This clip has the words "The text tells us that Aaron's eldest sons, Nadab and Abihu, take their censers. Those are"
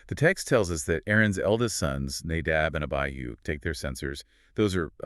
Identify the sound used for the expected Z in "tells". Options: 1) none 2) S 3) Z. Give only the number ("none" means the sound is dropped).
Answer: 3